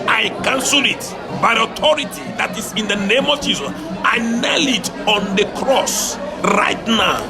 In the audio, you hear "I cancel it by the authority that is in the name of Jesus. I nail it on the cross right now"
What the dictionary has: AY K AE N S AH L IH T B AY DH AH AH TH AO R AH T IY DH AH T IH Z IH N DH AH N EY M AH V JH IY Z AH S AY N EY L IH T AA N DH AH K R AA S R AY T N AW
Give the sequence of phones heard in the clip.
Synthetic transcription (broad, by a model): AY K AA N S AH L IH T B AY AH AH T AO R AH T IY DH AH T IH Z IH N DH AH N EY M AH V JH IY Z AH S AY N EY L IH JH AA N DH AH K R AA S R AY T N AW